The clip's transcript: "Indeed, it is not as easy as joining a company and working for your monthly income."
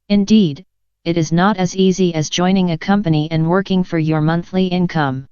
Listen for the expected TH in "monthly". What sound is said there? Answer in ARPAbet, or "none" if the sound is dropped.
TH